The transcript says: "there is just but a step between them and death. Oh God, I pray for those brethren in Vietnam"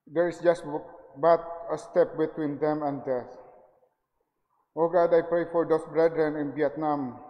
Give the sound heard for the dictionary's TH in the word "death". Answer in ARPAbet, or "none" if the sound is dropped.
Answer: S